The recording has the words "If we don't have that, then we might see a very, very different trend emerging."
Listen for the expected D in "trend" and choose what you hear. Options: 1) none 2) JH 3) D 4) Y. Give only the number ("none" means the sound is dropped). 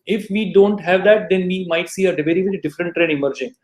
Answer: 1